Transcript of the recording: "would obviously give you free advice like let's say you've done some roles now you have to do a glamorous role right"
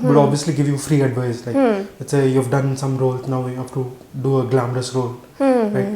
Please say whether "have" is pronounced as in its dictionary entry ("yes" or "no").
no